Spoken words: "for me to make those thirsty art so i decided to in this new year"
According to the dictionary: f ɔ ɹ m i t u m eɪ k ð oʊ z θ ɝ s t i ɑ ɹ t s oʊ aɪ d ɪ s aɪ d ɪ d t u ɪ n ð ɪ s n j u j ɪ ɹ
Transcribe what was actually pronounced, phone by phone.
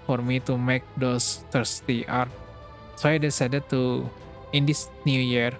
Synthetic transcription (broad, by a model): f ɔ ɹ m i t u m eɪ k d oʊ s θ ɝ s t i ɑ ɹ t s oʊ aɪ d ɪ s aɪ d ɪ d t u ɪ n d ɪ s n j u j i ɹ